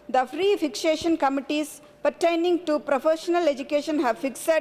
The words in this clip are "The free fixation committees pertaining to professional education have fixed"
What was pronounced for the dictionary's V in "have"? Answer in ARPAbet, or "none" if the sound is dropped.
V